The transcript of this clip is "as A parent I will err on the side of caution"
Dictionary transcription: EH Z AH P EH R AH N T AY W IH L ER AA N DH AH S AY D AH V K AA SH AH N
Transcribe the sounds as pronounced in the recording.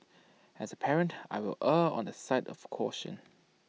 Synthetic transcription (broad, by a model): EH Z AH P EH R AH N T AY W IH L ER AA N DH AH S AY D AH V K AA SH AH N